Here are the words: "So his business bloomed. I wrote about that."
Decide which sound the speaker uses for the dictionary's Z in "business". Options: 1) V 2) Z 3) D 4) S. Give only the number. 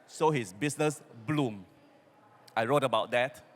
4